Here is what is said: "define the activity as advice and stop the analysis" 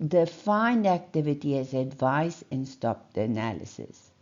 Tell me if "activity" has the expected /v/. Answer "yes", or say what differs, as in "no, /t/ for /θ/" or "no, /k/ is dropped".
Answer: yes